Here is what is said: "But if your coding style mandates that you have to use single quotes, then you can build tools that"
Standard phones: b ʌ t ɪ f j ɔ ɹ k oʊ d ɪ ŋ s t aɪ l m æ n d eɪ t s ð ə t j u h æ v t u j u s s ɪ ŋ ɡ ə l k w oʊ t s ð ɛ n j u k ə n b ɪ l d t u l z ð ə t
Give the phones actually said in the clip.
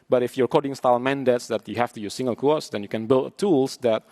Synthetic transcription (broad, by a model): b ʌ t ɪ f j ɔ ɹ k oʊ d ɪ ŋ s t aɪ l m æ n d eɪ t s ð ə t j u h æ f t u j u s s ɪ ŋ ɡ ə l k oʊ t s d ɛ n j u k ə n b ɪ l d t u l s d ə t